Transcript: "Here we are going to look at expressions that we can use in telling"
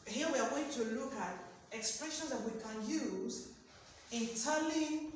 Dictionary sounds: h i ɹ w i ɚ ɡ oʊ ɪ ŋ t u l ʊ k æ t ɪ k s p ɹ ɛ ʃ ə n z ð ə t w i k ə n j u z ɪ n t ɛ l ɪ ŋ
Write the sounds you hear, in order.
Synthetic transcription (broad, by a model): h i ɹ w i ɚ ɡ oʊ ɪ ŋ t u l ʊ k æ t ɪ k s p ɹ ɛ ʃ ə n z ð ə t w i k ə n j u z ɪ n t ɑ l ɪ